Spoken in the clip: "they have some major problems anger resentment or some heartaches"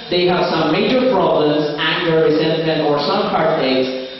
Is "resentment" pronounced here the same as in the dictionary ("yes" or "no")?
no